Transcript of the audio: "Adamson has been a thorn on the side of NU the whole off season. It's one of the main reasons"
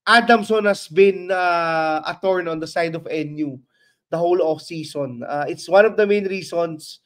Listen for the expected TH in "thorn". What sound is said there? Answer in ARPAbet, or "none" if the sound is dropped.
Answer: T